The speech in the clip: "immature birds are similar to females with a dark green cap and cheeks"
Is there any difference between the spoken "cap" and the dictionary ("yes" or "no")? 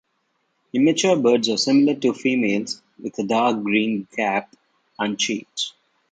no